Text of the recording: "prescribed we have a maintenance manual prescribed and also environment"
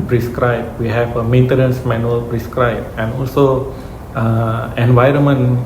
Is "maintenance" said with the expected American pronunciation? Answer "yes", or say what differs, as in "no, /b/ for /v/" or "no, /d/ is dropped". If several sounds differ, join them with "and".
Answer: yes